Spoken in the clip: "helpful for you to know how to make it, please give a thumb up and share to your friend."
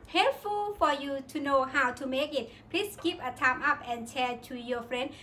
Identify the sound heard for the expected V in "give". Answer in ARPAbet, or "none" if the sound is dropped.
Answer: P